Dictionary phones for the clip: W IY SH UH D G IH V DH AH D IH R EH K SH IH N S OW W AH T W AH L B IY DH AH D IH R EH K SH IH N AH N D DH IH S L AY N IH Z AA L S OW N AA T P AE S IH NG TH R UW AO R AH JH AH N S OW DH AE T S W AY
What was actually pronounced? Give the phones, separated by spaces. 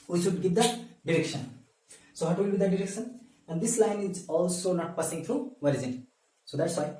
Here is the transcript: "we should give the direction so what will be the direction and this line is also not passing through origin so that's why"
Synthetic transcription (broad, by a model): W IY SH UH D G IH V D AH D IH R EH K SH IH N S OW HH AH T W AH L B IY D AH D IH R EH K SH IH N AH N D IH S L AY N IH Z AA L S OW N AA T P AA S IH NG T R UW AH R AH Z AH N S OW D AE T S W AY